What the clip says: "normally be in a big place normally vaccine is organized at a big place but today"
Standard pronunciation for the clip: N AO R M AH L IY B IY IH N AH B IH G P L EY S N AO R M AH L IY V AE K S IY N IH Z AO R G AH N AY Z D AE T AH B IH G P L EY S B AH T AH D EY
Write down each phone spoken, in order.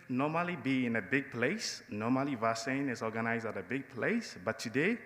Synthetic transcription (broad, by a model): N AO M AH L IY B IY IH N AH B IH G P L EY S N AO M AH L IY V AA S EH N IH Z AO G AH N AY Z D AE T AH B IH G P L EY S B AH T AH D EY